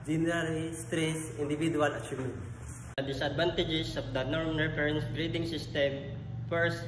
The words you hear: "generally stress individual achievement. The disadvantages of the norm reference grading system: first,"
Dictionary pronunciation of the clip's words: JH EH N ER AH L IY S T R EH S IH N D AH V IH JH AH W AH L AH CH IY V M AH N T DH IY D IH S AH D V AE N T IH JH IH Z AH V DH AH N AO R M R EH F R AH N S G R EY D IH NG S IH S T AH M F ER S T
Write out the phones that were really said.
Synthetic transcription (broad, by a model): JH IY N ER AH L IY S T R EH S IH N D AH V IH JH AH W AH L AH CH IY M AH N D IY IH S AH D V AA N T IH JH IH S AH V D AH N AO R M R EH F R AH N S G R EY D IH NG S IH S T AH M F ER S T